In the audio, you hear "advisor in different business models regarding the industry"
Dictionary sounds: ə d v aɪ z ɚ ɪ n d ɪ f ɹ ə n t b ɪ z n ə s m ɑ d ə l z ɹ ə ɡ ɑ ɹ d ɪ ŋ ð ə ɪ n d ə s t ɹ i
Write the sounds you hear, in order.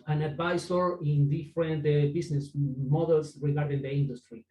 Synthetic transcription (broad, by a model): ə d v aɪ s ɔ ɪ n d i f ɹ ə n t b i s n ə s m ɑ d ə l s ɹ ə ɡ ɑ ɹ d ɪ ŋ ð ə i n d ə s t ɹ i